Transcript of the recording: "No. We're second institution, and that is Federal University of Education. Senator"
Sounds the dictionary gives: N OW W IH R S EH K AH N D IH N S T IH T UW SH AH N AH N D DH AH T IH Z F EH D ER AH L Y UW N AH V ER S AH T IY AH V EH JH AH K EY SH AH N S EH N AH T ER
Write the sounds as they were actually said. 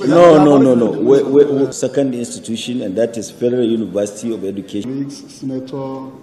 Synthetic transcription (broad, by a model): N OW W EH W S EH K AH N D IH N S T IH T UW SH AH N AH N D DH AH T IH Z F EH D ER AH L Y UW N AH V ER S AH T IY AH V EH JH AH K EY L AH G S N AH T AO